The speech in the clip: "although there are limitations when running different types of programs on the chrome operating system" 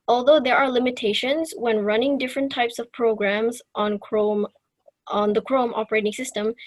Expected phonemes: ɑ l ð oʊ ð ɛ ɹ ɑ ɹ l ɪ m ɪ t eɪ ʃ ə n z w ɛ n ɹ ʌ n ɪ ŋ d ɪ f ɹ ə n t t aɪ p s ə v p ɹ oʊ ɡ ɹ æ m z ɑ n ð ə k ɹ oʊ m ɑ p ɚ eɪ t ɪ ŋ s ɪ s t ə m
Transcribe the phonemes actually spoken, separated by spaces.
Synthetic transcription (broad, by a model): ɑ l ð oʊ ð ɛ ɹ ɑ ɹ l ɪ m ɪ t eɪ ʃ ə n z w ɛ n ɹ ʌ n ɪ ŋ d ɪ f ɹ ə n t t aɪ p s ə v p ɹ oʊ ɡ ɹ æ m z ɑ n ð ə k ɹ oʊ m ɑ p ɚ eɪ t ɪ ŋ s ɪ s t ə m